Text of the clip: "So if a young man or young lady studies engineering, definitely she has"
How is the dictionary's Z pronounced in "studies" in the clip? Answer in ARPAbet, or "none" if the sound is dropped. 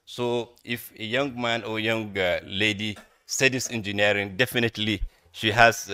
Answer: S